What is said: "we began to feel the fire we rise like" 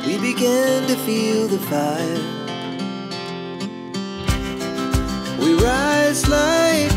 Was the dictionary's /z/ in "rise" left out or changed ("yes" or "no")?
no